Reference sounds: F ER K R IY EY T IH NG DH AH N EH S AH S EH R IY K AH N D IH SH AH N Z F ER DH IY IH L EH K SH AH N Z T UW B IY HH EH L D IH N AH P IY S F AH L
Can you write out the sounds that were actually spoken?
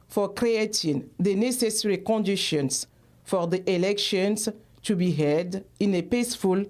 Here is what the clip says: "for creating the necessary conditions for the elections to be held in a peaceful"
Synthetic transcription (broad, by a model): F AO K R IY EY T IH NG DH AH N EH S AH S EH R IY K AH N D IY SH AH N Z F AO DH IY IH L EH K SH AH N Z T UW B IY HH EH D IH N AH P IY S F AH L